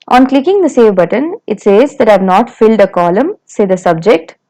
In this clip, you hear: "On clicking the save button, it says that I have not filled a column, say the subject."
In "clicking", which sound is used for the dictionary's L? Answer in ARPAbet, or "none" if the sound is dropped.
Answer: L